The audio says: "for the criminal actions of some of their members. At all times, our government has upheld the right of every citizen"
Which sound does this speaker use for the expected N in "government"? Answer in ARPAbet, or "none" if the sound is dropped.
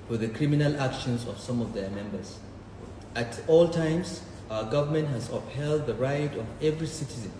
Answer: N